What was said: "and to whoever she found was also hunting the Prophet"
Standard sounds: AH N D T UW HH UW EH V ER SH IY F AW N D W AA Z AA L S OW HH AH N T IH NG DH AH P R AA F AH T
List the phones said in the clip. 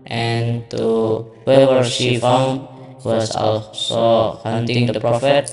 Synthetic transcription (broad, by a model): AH N T UW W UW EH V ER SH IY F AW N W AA S AA L S OW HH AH N T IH NG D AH P R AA F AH T